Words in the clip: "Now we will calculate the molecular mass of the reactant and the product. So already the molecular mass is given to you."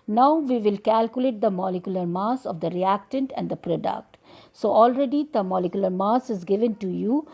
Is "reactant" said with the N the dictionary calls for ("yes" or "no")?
yes